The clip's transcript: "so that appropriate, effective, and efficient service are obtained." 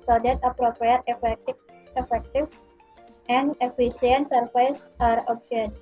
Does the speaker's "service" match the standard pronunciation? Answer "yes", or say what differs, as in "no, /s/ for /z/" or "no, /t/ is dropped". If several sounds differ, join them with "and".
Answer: no, /f/ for /v/